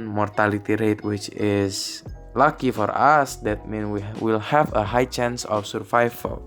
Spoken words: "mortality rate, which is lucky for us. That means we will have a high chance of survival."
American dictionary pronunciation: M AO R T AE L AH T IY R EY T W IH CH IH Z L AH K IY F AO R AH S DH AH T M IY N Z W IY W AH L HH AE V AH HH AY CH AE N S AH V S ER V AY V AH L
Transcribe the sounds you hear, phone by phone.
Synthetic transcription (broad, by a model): M AO R T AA L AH T IY R EY T W IH CH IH S L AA K IY F AO R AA S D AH T M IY N W IY W AH L HH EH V AH HH AY CH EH N S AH F S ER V AY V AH L